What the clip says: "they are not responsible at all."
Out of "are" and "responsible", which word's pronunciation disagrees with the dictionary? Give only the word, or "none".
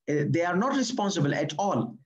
none